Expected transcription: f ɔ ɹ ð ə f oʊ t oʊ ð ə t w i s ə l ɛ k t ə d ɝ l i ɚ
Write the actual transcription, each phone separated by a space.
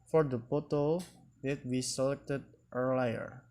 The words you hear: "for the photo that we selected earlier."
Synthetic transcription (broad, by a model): f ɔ ɹ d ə p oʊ t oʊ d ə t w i s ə l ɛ k t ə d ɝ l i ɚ